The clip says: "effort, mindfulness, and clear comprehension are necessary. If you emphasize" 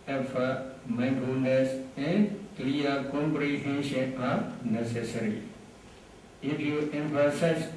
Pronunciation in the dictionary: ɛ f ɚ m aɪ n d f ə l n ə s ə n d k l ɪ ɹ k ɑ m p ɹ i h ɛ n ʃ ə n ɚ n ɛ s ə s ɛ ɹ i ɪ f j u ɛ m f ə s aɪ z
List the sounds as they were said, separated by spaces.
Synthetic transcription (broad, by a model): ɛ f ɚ m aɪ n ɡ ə n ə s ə n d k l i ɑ k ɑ m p ɹ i h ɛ n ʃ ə n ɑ n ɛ s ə s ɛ ɹ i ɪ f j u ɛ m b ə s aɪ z